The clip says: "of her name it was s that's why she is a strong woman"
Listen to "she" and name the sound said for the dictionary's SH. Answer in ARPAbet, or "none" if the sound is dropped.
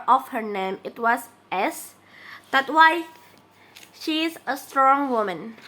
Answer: SH